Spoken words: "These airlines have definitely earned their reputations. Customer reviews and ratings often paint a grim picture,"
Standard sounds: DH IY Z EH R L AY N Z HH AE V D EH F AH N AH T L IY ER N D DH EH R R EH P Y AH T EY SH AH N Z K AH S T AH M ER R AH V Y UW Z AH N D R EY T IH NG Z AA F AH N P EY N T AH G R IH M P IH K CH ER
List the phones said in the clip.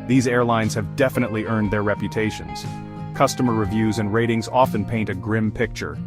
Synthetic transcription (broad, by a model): DH IY Z EH R L AY N Z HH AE V D EH F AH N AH T L IY ER N DH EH R R EH P Y AH T EY SH AH N Z K AH S T AH M ER R AH V Y UW Z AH N R EY T IH NG Z AA F AH N P EY N T AH G R IH M P IH K CH ER